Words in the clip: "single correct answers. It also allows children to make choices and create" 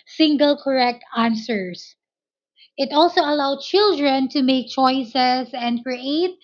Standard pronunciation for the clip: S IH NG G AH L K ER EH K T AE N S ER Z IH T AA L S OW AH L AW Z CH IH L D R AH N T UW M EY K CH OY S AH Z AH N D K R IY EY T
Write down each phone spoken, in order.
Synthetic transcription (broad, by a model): S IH NG G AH L K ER EH K T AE N S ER S IH T AA L S OW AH L AW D CH IH L D R AH N T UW M EY K CH OY S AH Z AH N D K R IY EY T